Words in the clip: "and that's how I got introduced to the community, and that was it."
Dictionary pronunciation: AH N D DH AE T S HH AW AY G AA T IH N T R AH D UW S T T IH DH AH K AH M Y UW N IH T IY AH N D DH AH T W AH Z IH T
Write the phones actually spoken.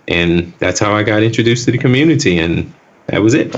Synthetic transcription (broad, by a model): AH N DH AE T S HH AW AY G AA T IH N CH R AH D UW S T T IH DH AH K AH M Y UW N IH T IY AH N DH AH T W AH Z IH T